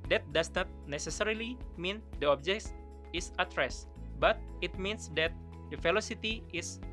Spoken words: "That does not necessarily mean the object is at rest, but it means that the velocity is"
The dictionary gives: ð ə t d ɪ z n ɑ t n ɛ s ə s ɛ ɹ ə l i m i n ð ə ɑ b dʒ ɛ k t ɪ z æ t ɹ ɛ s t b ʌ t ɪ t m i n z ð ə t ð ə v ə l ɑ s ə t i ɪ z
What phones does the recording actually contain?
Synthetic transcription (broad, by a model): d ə t d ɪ s n ɑ t n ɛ s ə s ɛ ɹ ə l i m i n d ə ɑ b dʒ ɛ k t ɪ s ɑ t ɹ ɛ s b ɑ t ɪ t m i n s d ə t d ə f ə l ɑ s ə t i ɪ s